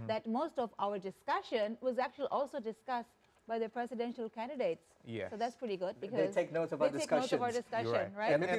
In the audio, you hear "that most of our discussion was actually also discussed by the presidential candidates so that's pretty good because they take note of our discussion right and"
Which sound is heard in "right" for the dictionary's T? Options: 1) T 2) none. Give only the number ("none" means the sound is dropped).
2